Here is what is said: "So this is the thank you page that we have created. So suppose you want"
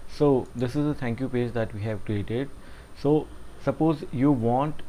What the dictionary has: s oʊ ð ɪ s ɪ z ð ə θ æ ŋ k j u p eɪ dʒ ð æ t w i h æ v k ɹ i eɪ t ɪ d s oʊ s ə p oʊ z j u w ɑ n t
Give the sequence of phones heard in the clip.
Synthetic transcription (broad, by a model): s oʊ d ɪ s ɪ z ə t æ ŋ k j u p eɪ dʒ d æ t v i h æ v k ɹ i eɪ t ɪ d s oʊ s ə p oʊ z j u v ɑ n t